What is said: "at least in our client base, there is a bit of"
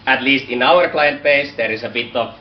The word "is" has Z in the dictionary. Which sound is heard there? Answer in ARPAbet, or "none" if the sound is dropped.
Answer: S